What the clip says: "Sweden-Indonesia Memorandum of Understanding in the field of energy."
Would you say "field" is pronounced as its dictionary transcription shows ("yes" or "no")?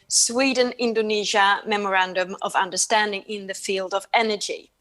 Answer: yes